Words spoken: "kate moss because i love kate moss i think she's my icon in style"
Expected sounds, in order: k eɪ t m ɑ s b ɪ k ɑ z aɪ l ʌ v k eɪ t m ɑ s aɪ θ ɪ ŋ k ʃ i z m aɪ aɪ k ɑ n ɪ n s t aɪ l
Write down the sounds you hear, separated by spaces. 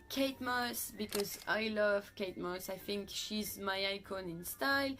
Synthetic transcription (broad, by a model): k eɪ t m ɑ s b ɪ k ɑ z aɪ l ʌ v k eɪ t m ɑ s aɪ θ ɪ ŋ k ʃ i z m aɪ aɪ k ɑ n ɪ n s t aɪ l